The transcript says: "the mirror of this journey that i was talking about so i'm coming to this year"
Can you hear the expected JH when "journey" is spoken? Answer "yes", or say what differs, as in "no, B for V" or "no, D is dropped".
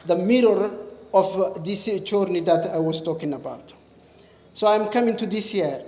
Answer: no, CH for JH